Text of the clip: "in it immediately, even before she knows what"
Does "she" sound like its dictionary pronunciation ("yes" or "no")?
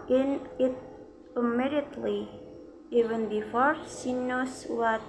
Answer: no